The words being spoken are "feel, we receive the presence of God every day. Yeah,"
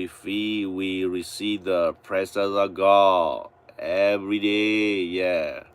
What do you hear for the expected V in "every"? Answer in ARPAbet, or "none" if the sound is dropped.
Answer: V